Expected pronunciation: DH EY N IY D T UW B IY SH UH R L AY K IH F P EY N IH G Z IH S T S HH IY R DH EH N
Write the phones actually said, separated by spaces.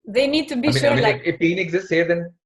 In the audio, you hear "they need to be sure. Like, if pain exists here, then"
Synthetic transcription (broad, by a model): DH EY N IY D T UW B IY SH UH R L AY IH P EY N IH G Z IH S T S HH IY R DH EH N